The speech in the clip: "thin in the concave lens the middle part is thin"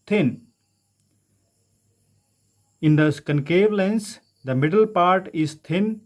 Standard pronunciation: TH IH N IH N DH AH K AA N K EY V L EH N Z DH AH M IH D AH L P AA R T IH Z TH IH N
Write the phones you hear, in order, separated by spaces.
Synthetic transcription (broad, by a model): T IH N IH N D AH K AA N K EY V L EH N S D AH M IH D AH L P AA R T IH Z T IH N